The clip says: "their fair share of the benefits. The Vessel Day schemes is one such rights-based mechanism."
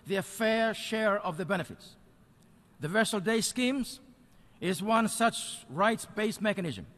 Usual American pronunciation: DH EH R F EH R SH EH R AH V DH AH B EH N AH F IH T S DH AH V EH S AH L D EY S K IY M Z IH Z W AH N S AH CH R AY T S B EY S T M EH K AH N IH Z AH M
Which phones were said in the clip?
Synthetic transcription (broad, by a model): DH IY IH F EH R SH EH R AH V DH AH B EH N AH F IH T S DH AH V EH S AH L D EY S K IY M Z IH Z W AH N S AH CH R AY T S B EY S M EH K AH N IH Z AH M